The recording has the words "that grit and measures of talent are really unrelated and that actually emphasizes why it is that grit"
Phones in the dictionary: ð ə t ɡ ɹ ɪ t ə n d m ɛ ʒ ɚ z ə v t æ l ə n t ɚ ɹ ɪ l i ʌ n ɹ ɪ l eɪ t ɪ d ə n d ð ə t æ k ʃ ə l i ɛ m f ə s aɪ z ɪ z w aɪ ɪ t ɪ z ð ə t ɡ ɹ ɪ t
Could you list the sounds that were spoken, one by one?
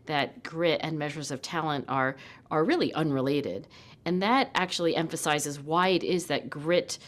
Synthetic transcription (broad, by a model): ð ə t ɡ ɹ ɪ t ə n m ɛ ʒ ɚ z ə v t æ l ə n t ɚ ɹ ɪ l i ʌ n ɹ ɪ l eɪ t ɪ d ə n ð ə t æ k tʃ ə l i ɛ m f ə s aɪ z ɪ z w aɪ ɪ t ɪ z ð ə t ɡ ɹ ɪ t